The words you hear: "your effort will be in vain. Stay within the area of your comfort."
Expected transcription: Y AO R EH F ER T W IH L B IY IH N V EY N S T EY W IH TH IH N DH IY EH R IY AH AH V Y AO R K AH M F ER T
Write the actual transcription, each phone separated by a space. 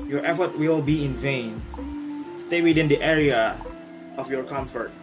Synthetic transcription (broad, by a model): Y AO R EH F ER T W IH L B IY IH N V EY N S T EY W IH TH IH N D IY EH R IY AH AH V Y AO R K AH M F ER T